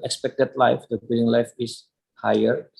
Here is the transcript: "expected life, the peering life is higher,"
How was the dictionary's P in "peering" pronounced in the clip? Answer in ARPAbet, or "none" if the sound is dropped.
B